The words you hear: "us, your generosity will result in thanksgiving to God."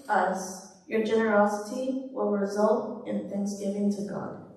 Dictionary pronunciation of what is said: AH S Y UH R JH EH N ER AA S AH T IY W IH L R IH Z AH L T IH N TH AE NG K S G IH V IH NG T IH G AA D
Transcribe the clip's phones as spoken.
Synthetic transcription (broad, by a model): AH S Y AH R JH EH N ER AA S AH T IY W IH L R IH Z AH L T IH N TH AE NG K S G IH V IH NG T IH G AA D